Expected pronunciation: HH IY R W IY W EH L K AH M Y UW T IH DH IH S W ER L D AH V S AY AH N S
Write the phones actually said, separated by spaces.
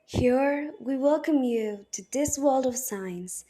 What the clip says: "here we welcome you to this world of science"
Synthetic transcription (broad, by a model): HH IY R W IY W EH L K AH M Y UW T IH DH IH S W ER L D AH V S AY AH N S